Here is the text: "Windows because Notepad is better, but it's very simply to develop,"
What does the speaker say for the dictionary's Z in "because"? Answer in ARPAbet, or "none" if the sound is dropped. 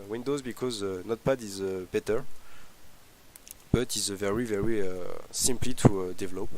Z